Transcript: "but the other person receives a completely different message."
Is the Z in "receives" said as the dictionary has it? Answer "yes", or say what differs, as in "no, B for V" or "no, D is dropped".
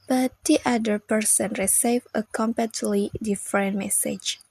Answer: no, Z is dropped